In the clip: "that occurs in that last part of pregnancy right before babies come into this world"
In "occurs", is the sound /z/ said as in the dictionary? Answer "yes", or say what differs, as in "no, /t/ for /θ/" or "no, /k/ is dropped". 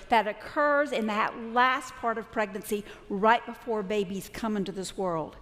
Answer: yes